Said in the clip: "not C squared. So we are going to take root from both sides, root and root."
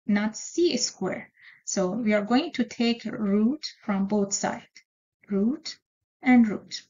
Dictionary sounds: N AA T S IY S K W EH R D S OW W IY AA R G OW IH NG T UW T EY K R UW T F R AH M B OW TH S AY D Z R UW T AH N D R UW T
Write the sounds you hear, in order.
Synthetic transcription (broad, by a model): N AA T S IY S K W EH R S OW W IY AA R G OW IH NG T UW T EY K R UW T F R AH M B OW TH S AY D R UW T AH N D R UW T